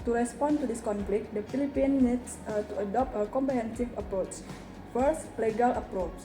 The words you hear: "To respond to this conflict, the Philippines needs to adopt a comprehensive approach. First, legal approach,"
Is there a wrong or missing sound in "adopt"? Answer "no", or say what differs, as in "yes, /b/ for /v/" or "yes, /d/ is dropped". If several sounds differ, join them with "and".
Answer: no